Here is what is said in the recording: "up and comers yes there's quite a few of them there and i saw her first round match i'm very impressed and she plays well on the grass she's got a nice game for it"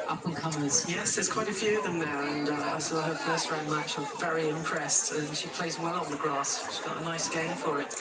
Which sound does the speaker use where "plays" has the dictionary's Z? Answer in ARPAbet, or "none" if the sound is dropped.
Z